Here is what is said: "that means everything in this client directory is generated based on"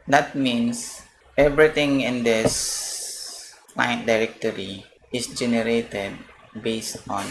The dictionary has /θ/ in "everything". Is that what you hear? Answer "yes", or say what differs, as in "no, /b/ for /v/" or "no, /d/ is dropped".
no, /t/ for /θ/